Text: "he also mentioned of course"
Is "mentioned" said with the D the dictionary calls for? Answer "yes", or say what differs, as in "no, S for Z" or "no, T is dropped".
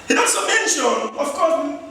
no, D is dropped